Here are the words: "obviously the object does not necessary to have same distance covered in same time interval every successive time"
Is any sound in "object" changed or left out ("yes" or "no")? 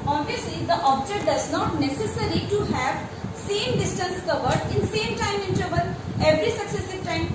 yes